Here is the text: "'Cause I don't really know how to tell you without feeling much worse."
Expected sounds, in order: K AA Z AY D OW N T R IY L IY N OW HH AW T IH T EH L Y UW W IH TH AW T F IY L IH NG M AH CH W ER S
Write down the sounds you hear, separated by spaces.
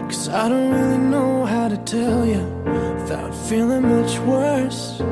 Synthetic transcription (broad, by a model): K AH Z AY D OW N T R IY L IY N OW HH AW T IH T EH L Y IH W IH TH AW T F IY L IH NG M AH CH W ER S